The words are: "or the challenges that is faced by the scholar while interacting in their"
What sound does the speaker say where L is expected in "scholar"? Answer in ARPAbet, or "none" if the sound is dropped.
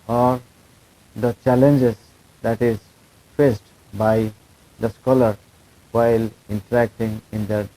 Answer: L